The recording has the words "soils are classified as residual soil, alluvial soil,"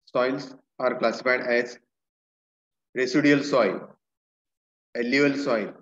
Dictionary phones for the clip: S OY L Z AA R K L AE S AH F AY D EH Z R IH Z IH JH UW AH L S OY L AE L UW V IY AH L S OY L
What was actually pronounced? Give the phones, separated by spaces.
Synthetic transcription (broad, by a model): S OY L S AA R K L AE S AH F AY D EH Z R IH S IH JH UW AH L S OY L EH L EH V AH L S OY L